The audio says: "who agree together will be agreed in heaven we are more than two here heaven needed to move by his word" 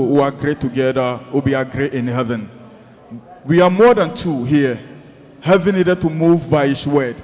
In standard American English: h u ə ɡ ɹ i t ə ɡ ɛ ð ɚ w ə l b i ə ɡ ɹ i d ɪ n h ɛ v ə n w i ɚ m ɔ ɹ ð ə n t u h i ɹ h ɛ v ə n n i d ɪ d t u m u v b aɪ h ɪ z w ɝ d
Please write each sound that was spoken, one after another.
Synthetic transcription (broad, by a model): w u ə ɡ ɹ i t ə ɡ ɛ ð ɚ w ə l b i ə ɡ ɹ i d ɪ n h ɛ v ə n w i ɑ m ɔ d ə n t u h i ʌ h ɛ v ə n n i d ɪ d t u m u v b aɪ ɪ s w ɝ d